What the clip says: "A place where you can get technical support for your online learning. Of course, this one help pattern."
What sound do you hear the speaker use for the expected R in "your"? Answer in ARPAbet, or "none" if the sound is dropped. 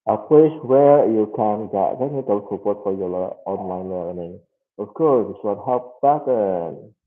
L